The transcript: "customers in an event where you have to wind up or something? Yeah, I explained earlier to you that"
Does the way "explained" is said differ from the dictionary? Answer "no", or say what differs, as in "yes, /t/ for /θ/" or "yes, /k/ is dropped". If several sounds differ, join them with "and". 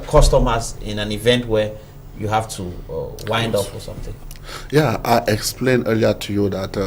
no